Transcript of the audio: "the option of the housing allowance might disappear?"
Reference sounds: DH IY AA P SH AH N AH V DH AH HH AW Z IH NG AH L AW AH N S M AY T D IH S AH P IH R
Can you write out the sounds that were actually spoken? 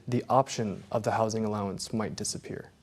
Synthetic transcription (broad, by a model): DH IY AA P SH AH N AH V DH AH HH AW Z IH NG AH L AW AH N S M AY T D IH S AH P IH R